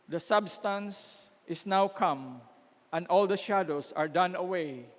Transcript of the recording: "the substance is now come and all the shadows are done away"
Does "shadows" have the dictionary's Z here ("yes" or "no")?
no